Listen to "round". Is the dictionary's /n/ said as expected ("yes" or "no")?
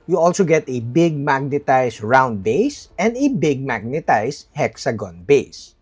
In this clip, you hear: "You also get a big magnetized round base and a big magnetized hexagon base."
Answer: yes